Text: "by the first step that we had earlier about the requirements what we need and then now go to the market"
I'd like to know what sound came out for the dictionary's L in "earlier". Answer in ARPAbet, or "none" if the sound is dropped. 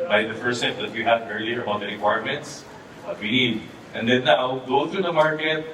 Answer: L